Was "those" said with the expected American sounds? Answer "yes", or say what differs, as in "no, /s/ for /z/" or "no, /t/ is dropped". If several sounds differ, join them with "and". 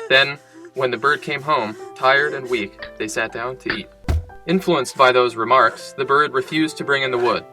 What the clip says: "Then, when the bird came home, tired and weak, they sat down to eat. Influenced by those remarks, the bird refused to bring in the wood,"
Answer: yes